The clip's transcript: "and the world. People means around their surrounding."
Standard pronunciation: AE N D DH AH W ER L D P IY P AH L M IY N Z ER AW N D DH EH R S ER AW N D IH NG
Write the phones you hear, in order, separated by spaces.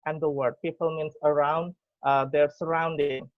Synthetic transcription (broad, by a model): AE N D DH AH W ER D P IY P AH L M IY N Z ER AW N D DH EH R S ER AW N D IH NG